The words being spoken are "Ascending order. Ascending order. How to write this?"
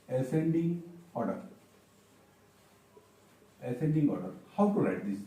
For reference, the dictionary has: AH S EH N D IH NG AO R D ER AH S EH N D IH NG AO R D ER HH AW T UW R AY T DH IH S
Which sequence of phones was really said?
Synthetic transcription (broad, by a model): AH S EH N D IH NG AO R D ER AH S EH N D IH NG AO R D HH AW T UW L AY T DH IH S